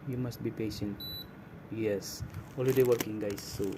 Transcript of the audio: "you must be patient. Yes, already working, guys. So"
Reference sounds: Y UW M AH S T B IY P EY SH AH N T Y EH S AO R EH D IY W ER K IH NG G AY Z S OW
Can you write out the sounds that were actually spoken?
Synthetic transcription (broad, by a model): Y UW M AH S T B IY P EY SH AH N T Y EH S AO L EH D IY W ER K IH NG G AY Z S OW